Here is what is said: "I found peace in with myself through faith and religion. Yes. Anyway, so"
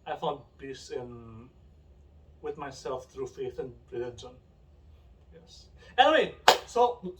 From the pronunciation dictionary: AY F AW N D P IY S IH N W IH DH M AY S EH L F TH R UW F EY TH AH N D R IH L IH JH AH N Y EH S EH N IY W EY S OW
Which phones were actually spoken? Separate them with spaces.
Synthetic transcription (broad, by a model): AY F AW N D B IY S IH N W IH DH M AY S EH L F TH R UW F EY TH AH N R IH L IH JH AH N Y EH S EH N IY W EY S OW